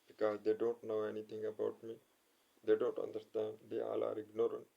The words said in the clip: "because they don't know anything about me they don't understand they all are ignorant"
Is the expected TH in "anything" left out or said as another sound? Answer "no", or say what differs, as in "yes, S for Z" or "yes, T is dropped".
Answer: yes, T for TH